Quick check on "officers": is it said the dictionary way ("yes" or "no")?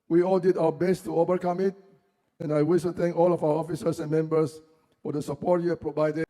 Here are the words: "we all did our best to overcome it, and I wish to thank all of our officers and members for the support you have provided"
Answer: no